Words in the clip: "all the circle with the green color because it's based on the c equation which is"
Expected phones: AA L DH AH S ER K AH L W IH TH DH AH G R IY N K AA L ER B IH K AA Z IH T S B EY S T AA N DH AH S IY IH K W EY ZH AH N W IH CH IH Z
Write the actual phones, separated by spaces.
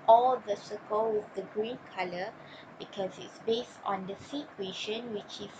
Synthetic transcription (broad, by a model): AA L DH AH S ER K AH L W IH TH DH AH G R IY N K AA L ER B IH K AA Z IH T S B EY S T AA N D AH S IY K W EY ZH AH N W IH CH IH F